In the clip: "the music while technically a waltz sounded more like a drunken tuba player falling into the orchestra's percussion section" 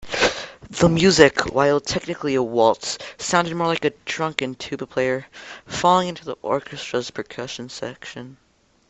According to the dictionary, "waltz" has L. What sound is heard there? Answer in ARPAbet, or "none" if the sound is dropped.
L